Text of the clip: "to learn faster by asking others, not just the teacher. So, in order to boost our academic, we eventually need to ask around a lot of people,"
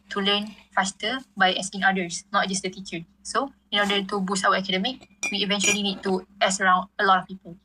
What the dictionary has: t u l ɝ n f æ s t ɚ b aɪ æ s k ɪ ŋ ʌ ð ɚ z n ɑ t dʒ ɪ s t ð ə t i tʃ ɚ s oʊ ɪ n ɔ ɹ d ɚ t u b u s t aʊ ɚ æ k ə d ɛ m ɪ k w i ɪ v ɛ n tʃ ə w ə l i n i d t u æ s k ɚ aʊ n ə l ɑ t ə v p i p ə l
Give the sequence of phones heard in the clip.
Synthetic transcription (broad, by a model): t u l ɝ n f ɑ s t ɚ b aɪ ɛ s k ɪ ŋ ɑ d ɚ s n ɑ t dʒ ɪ s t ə t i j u s oʊ ɪ n ɔ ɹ d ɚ t u b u s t aʊ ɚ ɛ k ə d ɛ m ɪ k w i v ɛ n tʃ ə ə l i n i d t u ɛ s ɚ aʊ n ə l ɑ t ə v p i p ə l